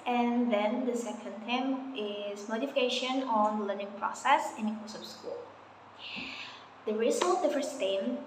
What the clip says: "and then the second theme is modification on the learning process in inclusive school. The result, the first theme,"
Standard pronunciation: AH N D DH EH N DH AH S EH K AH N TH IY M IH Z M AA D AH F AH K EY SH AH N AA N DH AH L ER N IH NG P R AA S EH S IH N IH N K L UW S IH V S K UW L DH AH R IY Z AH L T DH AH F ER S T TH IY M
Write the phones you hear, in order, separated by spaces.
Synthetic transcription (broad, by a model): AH N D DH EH N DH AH S EH K AH N T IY M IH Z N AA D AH F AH K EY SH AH N AA N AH L ER N IH NG P R AA S EH S IH N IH K UW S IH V S K UW L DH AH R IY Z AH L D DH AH F ER S T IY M